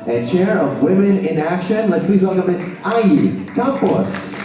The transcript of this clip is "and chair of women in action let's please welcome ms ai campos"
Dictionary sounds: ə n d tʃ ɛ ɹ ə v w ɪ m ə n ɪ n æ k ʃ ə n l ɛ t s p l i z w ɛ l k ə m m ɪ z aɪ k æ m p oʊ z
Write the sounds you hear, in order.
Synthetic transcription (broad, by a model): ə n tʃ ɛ ɹ ə v w ɪ m ə n ɪ n æ k ʃ ə n l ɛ t s p l i z w ɛ l k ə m m ɪ z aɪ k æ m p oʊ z